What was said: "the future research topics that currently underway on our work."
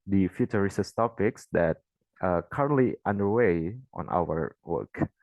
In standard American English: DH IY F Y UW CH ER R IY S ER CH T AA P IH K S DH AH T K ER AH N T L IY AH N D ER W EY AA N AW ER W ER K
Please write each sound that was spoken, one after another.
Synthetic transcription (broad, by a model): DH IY F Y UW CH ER R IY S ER S T AA P IH K S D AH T K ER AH N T L IY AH N D ER W EY AA N AW ER W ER K